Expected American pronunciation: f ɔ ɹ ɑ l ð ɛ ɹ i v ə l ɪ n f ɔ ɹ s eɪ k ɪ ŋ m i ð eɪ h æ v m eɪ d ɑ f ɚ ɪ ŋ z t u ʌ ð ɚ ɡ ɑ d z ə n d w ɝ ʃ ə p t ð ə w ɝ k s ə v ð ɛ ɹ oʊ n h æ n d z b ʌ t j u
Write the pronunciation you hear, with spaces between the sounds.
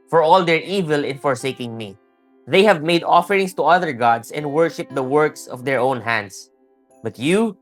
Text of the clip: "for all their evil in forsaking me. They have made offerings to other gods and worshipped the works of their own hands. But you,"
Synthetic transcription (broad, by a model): f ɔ ɹ ɑ l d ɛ ɹ i v ə l ɪ n f ɔ ɹ s eɪ k ɪ ŋ m i ð eɪ h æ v m eɪ d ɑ f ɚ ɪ ŋ s t u ʌ ð ɚ ɡ ɑ d s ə n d w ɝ ʃ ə p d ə w ɝ k s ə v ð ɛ ɹ oʊ n h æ n d s b ʌ t j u